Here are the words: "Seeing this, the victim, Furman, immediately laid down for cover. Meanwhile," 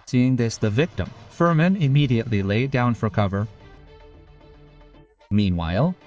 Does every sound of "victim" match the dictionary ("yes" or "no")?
yes